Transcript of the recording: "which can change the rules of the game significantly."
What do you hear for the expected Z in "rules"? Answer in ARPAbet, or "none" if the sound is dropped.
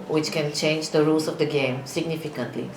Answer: S